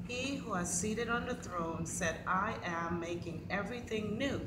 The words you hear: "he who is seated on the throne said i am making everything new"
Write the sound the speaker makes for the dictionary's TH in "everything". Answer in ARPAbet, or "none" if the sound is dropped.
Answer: TH